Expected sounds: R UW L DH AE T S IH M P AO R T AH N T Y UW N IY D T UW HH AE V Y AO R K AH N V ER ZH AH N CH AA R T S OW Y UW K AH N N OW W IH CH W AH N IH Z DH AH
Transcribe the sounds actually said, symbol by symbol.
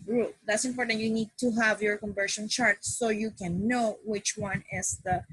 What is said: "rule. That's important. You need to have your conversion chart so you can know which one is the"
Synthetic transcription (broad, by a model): R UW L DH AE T S IH M P AO R T AH N T Y UW N IY D T UW HH AE V Y AO R K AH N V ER SH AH N CH AA R T S OW Y UW K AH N N OW W IH CH W AH N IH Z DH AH